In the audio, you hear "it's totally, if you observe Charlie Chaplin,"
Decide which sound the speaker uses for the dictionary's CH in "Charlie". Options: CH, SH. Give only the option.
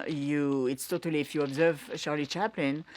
SH